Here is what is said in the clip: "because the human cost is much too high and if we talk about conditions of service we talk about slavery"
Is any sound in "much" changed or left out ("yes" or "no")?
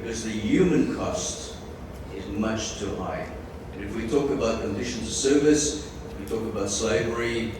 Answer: no